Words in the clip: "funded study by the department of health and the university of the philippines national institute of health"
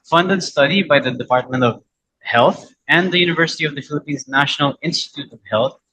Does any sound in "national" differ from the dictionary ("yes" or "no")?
no